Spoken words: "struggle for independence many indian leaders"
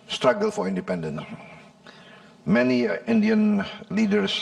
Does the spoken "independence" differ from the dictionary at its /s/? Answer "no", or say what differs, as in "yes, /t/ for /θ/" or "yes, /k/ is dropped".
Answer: yes, /s/ is dropped